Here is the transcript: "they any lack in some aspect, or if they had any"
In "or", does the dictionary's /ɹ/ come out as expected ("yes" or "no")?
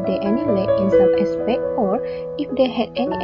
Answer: yes